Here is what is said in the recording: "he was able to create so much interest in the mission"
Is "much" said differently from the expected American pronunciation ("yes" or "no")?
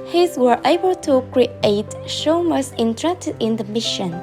yes